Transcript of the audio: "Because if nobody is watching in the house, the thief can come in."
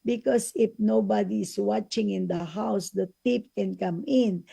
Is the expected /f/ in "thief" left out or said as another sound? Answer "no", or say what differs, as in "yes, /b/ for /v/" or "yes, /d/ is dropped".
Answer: yes, /p/ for /f/